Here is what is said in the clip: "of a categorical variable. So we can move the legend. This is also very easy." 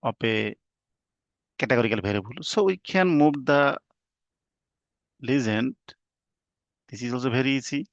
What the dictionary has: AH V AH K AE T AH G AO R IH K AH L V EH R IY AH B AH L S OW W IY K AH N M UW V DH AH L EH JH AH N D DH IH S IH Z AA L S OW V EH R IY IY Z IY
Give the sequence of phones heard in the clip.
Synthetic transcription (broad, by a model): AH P AH K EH T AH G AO R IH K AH L B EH R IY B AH L S OW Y K AH N M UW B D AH L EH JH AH N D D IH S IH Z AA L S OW B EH R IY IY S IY